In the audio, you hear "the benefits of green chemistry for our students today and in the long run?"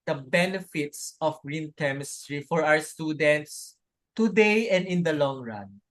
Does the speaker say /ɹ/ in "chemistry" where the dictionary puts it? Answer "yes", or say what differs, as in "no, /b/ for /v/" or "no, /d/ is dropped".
yes